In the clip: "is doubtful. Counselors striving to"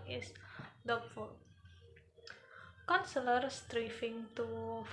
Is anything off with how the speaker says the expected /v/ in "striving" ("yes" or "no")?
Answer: yes